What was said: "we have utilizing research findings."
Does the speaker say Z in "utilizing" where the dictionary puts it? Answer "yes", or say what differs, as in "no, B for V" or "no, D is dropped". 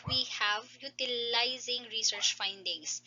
yes